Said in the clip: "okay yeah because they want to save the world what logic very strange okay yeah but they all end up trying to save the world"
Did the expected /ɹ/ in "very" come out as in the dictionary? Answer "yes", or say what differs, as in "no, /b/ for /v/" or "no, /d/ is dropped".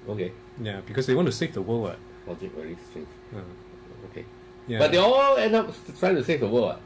no, /l/ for /ɹ/